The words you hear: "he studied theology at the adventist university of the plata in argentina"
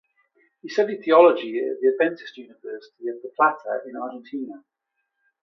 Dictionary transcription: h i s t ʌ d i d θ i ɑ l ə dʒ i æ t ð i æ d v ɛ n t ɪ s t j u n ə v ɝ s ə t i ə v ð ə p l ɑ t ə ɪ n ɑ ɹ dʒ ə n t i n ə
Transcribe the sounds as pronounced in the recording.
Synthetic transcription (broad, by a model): h i s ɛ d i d θ i ɑ l ə dʒ i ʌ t ð i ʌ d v ɛ n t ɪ s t j u n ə v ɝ s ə t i ə v ð ə p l ɑ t ə ɪ n ɑ dʒ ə n t i n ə